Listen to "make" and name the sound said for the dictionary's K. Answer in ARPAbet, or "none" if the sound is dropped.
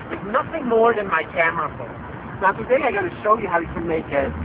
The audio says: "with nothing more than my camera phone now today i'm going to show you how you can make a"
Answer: K